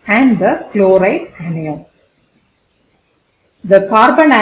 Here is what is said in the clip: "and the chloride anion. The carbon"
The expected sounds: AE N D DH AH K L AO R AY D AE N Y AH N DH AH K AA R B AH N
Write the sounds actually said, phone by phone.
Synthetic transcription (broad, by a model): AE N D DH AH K L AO R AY AE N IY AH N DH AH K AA R B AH N